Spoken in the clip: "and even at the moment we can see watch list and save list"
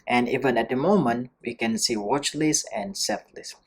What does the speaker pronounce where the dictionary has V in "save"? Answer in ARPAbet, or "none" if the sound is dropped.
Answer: P